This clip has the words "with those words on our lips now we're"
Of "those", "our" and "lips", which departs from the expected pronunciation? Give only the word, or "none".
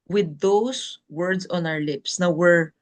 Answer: those